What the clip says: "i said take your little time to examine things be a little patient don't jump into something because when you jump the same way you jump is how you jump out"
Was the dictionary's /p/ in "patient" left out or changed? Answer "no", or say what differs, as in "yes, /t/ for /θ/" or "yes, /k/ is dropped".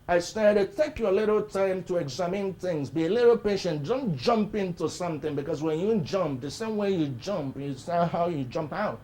no